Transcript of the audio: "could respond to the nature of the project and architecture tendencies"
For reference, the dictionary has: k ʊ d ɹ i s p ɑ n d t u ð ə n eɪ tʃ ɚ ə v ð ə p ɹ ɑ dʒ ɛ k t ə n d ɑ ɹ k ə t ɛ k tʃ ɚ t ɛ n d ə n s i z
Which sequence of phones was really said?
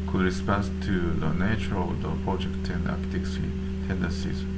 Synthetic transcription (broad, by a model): k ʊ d ɹ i s p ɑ n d t u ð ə n eɪ tʃ ɚ ə v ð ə p ɹ ɑ dʒ ɛ k t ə n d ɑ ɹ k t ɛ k s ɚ t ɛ n d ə n s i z